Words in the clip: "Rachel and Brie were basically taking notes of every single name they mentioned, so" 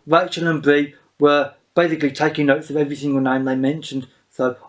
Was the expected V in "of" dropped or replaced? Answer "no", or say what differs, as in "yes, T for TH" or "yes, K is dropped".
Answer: no